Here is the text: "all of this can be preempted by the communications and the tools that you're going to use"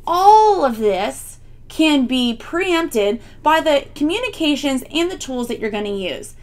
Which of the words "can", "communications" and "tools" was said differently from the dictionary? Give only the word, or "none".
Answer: none